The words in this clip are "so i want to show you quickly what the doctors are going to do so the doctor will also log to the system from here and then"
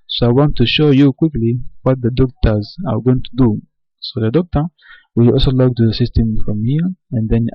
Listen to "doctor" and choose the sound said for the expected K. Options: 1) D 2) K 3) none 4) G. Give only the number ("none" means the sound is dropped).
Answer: 2